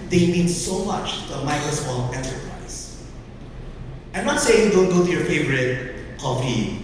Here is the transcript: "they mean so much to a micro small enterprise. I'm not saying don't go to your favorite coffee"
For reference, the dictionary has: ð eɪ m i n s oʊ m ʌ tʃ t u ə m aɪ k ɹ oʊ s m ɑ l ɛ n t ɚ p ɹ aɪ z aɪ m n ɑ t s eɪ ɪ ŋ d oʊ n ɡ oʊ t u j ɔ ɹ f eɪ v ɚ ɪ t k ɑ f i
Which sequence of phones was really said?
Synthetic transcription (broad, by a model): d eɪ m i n s oʊ m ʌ tʃ t u ə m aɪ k oʊ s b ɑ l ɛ n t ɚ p ɹ aɪ s aɪ m n ɑ t s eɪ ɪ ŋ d oʊ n ɡ oʊ t u j ɔ ɹ f eɪ v ɚ ɪ t k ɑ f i